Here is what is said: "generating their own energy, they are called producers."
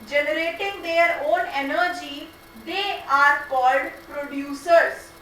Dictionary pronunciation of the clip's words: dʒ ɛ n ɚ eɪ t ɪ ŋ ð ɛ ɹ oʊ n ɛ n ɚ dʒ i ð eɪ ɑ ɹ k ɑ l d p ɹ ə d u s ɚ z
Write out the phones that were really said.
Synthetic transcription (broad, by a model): dʒ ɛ n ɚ eɪ t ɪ ŋ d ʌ ɹ oʊ n ɛ n ɚ dʒ i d eɪ ɑ ɹ k ɑ l d p ɹ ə d u s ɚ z